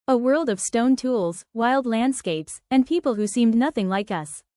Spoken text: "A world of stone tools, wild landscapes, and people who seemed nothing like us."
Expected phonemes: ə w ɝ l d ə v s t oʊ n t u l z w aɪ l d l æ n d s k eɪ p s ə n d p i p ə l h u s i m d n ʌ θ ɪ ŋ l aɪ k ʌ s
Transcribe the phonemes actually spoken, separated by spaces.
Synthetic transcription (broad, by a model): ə w ɝ l d ə v s t oʊ n t u l z w aɪ l d l æ n d s k eɪ p s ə n p i p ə l h u s i m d n ʌ θ ɪ ŋ l aɪ k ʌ s